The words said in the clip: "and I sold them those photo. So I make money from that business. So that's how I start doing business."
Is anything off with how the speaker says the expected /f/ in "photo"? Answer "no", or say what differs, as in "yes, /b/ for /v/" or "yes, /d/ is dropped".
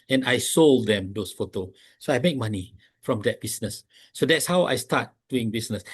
no